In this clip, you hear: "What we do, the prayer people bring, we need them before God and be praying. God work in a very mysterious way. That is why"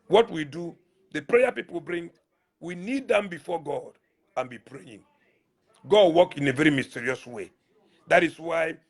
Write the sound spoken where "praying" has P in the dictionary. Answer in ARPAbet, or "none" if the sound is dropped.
P